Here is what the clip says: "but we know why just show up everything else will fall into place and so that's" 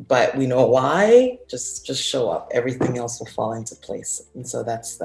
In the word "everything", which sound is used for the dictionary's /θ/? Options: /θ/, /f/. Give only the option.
/θ/